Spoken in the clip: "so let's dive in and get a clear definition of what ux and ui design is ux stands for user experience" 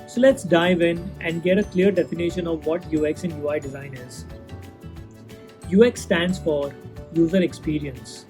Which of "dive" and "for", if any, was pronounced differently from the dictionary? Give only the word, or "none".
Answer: none